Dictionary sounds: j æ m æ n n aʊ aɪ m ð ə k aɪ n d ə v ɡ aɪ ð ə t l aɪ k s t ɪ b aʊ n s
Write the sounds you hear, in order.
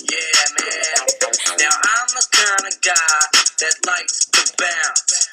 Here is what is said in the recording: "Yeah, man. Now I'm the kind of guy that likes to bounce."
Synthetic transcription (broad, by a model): j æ m æ n n aʊ aɪ m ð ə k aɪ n ə ɡ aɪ ð ə t l aɪ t s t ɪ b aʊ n